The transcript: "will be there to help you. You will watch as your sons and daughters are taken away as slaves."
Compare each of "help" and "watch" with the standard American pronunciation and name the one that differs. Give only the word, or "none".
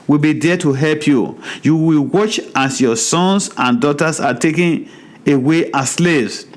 none